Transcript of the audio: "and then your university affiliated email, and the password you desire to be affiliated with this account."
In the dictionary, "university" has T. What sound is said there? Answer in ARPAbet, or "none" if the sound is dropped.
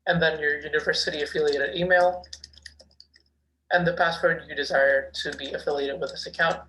T